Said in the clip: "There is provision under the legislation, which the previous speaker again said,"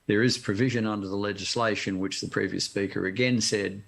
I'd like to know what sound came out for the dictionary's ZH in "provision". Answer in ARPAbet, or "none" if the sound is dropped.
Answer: ZH